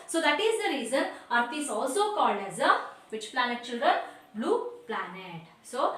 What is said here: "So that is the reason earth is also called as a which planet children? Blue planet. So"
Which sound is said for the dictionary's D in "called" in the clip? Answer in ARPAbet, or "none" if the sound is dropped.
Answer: D